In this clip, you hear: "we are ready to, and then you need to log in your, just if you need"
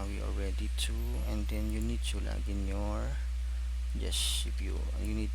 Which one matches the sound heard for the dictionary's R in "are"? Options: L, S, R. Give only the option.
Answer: L